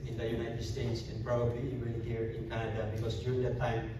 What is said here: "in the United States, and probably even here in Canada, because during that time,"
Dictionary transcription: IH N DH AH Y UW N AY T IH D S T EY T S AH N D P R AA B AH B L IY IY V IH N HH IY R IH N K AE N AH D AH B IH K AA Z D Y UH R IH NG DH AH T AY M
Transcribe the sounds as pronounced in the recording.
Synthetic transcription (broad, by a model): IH N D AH Y UW N AY T IH D S T EY T S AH N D P R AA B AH B L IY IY W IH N HH IY R IH N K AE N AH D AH B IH K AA S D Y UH R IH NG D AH T AY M